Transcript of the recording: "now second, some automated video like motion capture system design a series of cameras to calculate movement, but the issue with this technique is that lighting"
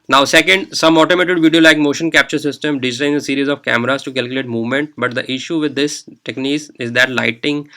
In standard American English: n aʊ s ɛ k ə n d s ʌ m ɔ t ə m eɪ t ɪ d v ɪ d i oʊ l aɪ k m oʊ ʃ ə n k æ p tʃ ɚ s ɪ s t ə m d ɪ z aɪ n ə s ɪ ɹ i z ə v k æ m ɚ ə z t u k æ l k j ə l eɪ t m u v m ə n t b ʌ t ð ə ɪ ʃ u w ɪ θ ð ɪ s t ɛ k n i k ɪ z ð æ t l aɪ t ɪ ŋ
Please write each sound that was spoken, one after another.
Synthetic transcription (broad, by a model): n aʊ s ɛ k ə n d s ʌ m ɔ t ə m eɪ t ɪ d v ɪ d i oʊ l aɪ k m oʊ ʃ ə n k æ p tʃ ɚ s ɪ s t ə m d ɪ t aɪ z ə s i ɹ i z ə v k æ m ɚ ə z t u k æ l k j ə l eɪ t m u v m ə n t b ʌ t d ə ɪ ʃ u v ɪ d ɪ s t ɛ k n i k ɪ z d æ t l aɪ t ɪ ŋ